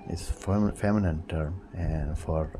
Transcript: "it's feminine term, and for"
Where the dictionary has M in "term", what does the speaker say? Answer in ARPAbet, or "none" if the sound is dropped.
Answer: M